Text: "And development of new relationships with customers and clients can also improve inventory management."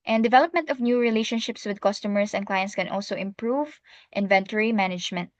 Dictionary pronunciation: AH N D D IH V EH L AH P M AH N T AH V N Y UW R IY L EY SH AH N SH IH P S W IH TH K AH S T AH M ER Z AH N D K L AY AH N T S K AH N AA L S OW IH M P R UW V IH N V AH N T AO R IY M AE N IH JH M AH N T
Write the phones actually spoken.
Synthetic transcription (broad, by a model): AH N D D IH V EH L AH P M AH N T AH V N Y UW R IY L EY SH AH N SH IH P S W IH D K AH S T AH M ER S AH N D K L AY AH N T S K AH N AA L S OW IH M P R UW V IH N V AH N T AO R IY M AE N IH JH M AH N T